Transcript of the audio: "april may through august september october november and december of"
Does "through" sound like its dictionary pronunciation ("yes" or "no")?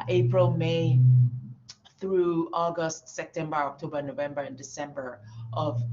yes